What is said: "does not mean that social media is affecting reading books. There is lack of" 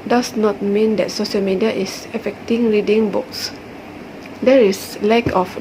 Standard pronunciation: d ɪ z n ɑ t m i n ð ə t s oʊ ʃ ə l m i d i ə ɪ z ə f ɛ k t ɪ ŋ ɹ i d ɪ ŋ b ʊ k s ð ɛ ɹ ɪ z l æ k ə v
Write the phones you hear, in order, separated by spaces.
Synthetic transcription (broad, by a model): d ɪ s n ɑ t m i n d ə t s oʊ ʃ ə l m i d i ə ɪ s ə f ɛ k t ɪ ŋ ɹ i d ɪ ŋ b ʊ k s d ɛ ɹ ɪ s l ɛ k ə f